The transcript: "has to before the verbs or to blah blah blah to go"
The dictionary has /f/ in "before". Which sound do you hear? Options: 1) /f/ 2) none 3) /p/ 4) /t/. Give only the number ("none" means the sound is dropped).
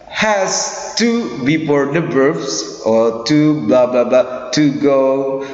3